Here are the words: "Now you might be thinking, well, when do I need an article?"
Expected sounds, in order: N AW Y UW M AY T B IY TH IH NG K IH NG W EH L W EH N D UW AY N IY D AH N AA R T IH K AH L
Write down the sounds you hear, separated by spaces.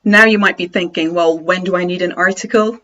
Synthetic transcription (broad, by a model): N AW Y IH M AY T B IY TH IH NG K IH NG W EH L W EH N D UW AY N IY D AH N AA R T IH K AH L